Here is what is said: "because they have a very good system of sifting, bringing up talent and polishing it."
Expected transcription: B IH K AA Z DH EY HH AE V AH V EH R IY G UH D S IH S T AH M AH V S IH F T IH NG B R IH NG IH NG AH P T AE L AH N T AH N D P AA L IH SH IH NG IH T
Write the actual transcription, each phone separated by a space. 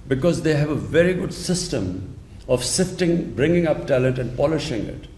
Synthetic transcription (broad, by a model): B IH K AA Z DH EY HH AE V AH V EH R IY G UH D S IH S T AH M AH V S IH F T IH NG B R IH NG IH NG AH P T AE L AH N T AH N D P AA L IH SH IH NG IH T